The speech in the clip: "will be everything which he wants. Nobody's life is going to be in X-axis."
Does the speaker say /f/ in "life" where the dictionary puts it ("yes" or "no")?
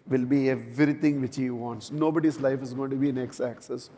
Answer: yes